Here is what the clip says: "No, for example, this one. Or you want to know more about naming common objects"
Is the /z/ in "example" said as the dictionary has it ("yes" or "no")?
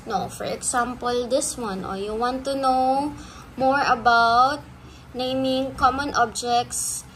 no